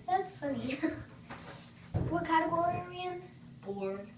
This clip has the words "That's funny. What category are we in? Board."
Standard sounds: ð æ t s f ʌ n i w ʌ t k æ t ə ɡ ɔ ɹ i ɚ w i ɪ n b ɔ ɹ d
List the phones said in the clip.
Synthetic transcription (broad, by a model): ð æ t s f ʌ n i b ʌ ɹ k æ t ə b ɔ l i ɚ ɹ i ɪ n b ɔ ɹ